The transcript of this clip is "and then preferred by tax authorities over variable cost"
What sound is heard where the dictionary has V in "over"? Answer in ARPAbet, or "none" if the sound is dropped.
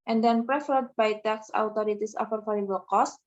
F